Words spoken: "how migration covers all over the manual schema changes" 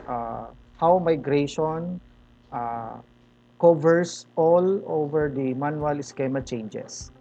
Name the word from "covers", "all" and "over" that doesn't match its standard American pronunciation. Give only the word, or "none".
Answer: covers